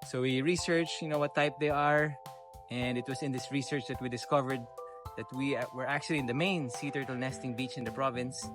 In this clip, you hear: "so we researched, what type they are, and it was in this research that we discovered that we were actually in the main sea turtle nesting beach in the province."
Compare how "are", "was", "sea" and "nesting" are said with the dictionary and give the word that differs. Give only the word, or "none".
was